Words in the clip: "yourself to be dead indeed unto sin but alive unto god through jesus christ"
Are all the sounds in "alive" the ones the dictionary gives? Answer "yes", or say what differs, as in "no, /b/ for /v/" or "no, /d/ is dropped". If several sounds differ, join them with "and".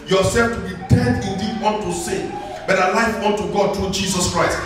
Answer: no, /f/ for /v/